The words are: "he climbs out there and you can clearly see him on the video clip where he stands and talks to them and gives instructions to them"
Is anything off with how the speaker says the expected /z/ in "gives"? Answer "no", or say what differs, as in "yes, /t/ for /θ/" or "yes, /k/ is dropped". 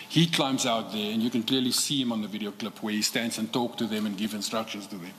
yes, /z/ is dropped